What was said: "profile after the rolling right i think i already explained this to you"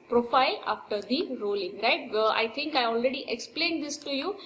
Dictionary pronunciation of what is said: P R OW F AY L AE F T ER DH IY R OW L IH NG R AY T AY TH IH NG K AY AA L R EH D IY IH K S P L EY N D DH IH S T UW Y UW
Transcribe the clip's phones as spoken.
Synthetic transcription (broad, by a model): P R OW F AY L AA F T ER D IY R OW L IH NG R AY T AY T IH NG K AY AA L R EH D IY IH K S P L EY N D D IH S T UW Y UW